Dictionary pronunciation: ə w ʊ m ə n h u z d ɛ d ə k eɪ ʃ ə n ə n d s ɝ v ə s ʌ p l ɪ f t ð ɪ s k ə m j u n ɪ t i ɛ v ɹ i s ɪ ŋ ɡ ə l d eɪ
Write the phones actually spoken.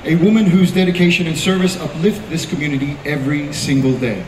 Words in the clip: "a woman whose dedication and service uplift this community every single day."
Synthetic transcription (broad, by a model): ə w ʊ m ə n h u z d ɛ d ə k eɪ ʃ ə n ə n s ɝ v ə s ʌ p l ɪ f t ð ɪ s k ə m j u n ɪ t i ɛ v ɹ i s ɪ ŋ ɡ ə l d eɪ